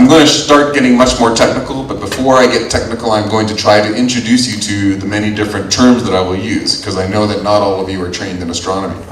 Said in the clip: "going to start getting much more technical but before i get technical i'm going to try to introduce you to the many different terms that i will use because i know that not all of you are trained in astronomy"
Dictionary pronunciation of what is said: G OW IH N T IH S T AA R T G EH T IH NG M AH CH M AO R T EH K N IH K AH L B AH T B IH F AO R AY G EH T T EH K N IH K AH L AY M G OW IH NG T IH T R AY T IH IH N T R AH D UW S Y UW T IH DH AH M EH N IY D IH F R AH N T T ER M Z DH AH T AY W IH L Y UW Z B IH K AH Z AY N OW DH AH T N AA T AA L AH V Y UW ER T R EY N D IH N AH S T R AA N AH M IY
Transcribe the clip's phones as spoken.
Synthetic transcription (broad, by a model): G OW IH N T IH S T AA R T G EH T IH NG M AH CH M AO R T EH K N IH K L B AH T B IH F AO R AY G EH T T EH K N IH K L AY M G OW IH NG T IH T R AY T IH IH N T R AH D UW S Y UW T IH DH AH M EH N IY D IH F R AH N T T ER M Z DH AH T AY W IH L Y UW Z K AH Z AY N OW DH AH T N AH T AA L AH V Y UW ER T R EY N D IH N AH S T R AA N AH M IY